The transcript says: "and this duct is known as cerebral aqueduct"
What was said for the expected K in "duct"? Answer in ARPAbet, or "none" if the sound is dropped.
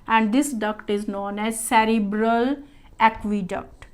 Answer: K